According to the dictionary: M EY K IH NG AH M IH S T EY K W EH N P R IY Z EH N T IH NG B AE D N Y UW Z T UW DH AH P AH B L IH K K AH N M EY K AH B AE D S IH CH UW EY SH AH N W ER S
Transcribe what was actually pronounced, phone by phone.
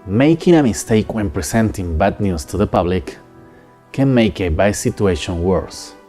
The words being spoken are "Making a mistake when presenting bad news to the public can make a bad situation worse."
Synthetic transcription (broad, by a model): M EY K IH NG AH M IH S T EY K W EH N P R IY S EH N T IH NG B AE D N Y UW S T UW DH AH P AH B L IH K K AH N M EY K AH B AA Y S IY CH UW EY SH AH N W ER S